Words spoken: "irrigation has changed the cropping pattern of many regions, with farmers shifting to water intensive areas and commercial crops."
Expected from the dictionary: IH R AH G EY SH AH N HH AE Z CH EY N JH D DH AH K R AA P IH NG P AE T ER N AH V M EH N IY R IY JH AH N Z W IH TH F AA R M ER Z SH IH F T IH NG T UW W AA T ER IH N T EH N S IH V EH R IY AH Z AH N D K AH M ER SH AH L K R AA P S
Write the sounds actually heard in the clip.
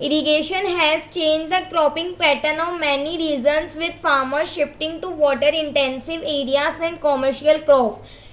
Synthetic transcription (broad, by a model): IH R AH G EY SH AH N HH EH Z CH EY N JH D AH K R AA P IH NG P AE T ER N AH V M EH N IY R IY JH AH N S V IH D F AA R M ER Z SH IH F T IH NG T UW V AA T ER IH N T EH N S IH V EH R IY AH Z AH N D K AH M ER SH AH L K R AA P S